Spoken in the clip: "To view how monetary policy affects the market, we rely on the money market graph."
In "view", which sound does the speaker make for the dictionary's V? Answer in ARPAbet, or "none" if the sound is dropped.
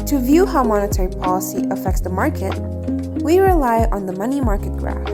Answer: V